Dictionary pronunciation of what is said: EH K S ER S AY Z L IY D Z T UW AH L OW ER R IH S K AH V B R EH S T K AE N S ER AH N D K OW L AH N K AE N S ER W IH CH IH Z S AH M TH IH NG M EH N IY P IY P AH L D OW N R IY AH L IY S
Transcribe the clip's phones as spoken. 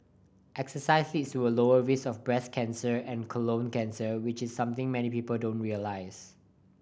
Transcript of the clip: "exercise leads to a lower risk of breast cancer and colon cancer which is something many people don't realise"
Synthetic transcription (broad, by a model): EH K S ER S AY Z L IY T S T UW AH L OW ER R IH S AH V B R EH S K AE N S ER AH N K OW L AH N K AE N S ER W IH CH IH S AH M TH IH NG M EH N IY P IY P AH L D OW N R IY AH L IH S